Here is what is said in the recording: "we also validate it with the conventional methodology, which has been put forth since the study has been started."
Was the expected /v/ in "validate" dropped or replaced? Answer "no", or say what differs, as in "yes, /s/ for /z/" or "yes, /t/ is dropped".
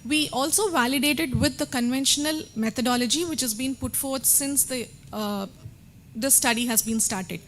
no